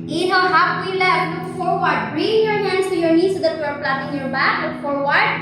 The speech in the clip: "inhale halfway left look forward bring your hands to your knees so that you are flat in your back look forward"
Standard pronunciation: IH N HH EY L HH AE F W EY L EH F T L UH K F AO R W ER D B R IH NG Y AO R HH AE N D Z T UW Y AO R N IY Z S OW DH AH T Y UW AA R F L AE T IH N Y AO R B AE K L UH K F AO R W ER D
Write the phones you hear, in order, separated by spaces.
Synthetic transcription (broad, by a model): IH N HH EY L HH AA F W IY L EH T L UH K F AO R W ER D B R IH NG Y AO R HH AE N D S T UW Y AO R N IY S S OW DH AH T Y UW AA R P L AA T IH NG Y AO R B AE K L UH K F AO R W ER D